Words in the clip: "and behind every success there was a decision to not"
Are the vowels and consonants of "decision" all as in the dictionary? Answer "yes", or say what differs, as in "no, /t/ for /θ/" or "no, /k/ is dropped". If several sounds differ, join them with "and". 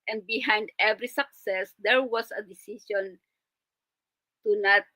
no, /ʃ/ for /ʒ/